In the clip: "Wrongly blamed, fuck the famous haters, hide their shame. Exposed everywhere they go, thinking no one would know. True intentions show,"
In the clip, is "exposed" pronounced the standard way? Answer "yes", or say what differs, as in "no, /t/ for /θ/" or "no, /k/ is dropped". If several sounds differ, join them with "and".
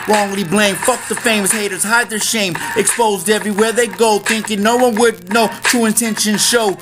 yes